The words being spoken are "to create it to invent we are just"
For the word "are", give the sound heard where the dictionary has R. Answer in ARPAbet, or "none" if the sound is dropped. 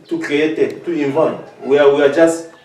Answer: W